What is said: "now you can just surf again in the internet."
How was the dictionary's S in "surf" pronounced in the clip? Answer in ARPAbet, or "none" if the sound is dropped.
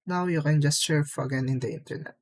SH